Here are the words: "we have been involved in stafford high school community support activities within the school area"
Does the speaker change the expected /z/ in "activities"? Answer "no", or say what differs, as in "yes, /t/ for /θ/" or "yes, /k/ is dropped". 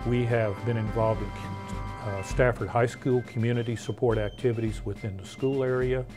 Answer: no